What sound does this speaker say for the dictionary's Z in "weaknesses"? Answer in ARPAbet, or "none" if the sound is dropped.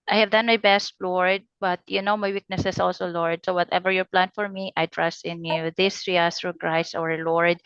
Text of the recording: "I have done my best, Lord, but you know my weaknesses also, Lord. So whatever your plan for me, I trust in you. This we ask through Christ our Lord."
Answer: S